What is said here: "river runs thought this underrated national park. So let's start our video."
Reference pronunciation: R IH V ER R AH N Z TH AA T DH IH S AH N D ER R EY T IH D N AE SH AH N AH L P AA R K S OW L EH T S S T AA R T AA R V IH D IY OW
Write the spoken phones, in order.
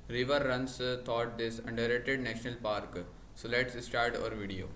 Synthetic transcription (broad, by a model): R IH V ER R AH N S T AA T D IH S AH N D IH R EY T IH D N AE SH AH N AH L P AA R K S OW L EH T S S T AA R T AA R V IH D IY OW